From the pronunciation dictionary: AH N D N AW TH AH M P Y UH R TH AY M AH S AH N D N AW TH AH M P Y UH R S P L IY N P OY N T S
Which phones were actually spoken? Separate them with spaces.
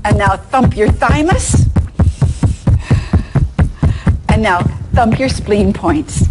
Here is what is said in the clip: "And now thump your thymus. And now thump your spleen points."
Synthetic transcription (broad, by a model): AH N N AW TH AH M P Y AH R TH AY M AH S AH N N AW TH AH M P Y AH R S P L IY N P OY N T S